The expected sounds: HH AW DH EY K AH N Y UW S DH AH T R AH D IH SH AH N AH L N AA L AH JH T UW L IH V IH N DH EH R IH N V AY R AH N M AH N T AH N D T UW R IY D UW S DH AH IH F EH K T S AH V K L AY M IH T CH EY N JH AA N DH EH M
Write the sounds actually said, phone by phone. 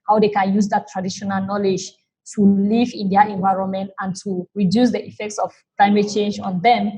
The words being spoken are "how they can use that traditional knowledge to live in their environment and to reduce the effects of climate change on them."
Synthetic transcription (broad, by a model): HH AW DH EY K AH N Y UW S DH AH T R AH D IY SH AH N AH L N AA L AH JH T UW L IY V IH N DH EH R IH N V AY R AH N M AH N T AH N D T UW R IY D UW S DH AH IH F EH K T S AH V K L AY M IH T CH EY N JH AA N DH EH M